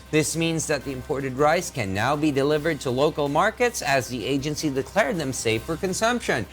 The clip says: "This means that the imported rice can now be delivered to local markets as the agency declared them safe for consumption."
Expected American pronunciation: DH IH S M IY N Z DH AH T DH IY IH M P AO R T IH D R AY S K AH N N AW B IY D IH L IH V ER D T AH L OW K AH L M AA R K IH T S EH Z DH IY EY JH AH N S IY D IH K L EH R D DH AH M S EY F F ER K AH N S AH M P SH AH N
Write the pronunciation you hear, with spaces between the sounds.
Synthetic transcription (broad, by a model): DH IH S M IY N Z DH AH T DH IY IH M P AO R T IH D R AY S K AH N N AW B IY D IH L IH V ER D T AH L OW K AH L M AA R K IH T S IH Z DH IY EY JH AH N S IY D IH K L EH R D DH AH M S EY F F ER K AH N S AH M P SH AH N